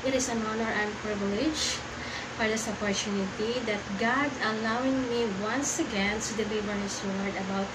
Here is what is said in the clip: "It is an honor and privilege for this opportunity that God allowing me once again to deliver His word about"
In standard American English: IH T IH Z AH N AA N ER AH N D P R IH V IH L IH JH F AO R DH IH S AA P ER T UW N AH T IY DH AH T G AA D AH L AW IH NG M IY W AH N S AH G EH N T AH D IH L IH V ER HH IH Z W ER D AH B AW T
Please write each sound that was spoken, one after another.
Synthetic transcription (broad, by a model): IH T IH S AH N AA N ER AH N D P R IH V IH L IH JH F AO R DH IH S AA P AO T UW N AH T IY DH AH T G AA D AH L AW IH NG M IY W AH N S AH G EH N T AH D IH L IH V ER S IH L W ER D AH B AW T